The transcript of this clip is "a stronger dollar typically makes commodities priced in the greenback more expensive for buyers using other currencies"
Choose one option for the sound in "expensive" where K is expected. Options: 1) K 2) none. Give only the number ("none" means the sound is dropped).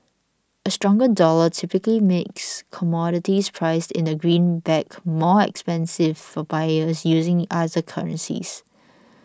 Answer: 1